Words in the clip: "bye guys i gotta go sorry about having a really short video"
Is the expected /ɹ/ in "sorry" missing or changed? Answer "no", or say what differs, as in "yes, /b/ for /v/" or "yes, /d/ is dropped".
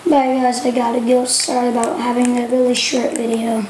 no